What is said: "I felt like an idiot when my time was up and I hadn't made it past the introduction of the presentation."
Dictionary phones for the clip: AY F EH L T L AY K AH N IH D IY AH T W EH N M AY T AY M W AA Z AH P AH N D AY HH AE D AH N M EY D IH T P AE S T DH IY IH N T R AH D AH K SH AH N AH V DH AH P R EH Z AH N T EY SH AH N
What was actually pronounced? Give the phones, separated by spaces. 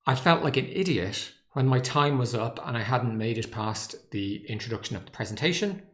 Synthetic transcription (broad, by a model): AY F EH L T L AY K AH N IH D IY AH T W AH N M AY T AY M W AA Z AH P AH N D AY HH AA D N M EY D IH T P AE S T DH IY IH N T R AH D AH K SH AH N AH V DH AH P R EH Z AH N T EY SH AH N